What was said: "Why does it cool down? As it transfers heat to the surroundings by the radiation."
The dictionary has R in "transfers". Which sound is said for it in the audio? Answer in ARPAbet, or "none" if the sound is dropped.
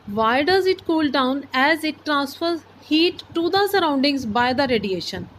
R